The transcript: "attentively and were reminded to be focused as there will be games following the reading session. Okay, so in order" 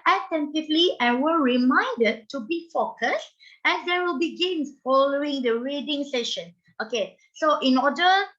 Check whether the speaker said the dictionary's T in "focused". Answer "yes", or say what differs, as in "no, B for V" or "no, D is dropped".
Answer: yes